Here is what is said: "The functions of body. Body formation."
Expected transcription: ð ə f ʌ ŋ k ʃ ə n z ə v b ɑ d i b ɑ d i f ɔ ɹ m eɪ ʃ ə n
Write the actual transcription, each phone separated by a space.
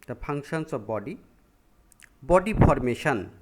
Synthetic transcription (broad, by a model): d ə p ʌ ŋ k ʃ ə n s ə b ɑ d i b ɑ d i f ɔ ɹ m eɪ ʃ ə n